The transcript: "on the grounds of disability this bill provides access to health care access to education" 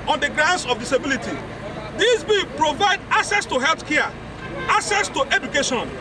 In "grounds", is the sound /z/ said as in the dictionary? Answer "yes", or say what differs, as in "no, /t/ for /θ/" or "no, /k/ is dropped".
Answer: no, /s/ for /z/